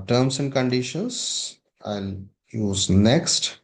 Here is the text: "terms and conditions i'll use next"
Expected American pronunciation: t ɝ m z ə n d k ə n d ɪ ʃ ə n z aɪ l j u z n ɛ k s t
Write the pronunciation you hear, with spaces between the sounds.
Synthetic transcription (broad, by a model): t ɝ m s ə n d k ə n d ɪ ʃ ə n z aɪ n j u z n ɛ k s t